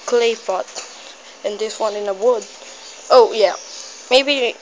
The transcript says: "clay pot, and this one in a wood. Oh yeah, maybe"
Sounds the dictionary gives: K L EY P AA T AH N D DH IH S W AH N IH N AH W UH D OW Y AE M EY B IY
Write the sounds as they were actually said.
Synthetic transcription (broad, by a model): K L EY F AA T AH N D DH IH S W AH N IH N AH W UH D OW Y AE M EY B IY